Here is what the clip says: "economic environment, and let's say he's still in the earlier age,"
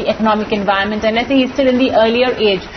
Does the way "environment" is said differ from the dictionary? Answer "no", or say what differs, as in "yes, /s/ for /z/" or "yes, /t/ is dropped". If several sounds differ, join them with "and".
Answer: yes, /ɹ/ is dropped